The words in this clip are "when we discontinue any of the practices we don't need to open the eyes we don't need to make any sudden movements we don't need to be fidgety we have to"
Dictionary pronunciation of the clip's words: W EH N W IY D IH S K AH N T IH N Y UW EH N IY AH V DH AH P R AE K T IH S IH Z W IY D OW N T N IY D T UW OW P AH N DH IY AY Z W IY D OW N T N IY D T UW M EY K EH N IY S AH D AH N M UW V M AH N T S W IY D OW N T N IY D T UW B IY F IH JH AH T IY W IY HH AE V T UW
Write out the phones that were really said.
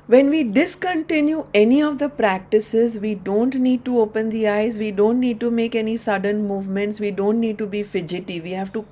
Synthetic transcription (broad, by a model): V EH N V IY D IH S K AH N T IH N Y UW EH N IY AH V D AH P R AE K T IH S IH Z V IY D OW N T N IY D T UW OW P AH N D IY AY Z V IY D OW N T N IY D T UW M EY K EH N IY S AH D AH N M UW V M AH N T S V IY D OW N T N IY D T UW B IY F IH JH AH T IY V IY HH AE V T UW